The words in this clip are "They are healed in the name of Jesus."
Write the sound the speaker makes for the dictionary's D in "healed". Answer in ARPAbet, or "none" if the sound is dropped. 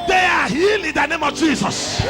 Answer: none